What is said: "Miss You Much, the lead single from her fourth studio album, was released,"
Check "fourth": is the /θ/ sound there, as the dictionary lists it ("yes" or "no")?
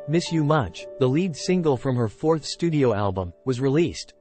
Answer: yes